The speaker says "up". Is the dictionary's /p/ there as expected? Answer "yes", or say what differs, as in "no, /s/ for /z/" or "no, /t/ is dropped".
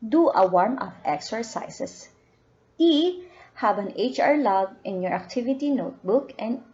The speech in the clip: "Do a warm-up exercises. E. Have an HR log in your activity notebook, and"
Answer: no, /f/ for /p/